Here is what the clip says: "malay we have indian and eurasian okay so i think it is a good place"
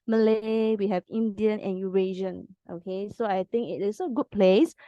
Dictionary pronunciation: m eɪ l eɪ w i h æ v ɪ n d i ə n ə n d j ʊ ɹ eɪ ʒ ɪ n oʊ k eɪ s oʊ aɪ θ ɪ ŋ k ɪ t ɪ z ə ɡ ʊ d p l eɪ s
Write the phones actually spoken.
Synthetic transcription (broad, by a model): m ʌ l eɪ w i h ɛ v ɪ n d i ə n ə n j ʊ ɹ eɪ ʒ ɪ n oʊ k eɪ s oʊ aɪ t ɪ ŋ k ɪ t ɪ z ə ɡ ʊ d p l eɪ s